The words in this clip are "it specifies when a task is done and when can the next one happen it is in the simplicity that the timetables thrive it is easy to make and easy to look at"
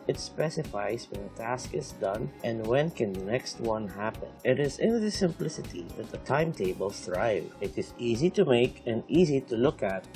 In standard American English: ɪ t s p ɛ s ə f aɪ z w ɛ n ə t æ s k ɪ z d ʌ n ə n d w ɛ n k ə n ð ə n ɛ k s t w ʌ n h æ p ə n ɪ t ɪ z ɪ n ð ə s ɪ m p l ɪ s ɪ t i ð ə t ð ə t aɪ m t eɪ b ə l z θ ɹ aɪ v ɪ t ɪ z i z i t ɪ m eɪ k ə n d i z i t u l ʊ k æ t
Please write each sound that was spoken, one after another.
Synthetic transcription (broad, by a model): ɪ t s p ɛ s ə f aɪ z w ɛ n ə t æ s k ɪ z d ʌ n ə n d w ɛ n k ə n ð ə n ɛ k s t w ʌ n h æ p ə n ɪ t ɪ z ɪ n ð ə s ɪ m p l ɪ s ɪ t i ð ə t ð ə t aɪ m t eɪ b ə l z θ ɹ aɪ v ɪ t ɪ z i z i t ɪ m eɪ k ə n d i z i t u l ʊ k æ t